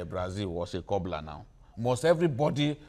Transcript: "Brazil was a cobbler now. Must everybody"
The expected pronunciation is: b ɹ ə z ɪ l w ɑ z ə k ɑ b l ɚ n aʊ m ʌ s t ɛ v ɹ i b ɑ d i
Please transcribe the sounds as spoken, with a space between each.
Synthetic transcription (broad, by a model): b ɹ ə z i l w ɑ s ə k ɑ b l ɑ n aʊ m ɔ s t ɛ v ɹ i b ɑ d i